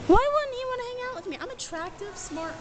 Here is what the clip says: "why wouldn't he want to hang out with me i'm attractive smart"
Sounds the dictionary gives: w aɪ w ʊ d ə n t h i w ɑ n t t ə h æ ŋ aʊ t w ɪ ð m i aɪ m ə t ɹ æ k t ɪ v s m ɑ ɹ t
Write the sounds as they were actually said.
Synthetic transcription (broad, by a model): w aɪ w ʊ d n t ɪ w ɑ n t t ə h æ ŋ aʊ t w ɪ ð m i aɪ m ə t ɹ æ k t ɪ v s m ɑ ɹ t